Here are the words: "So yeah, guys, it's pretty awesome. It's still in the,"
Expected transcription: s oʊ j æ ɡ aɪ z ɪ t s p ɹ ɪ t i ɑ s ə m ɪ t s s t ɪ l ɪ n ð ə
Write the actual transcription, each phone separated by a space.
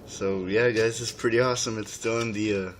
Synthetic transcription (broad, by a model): s oʊ j æ ɡ aɪ z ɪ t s p ɹ ɪ t i ɑ s ə m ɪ t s s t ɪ l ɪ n ð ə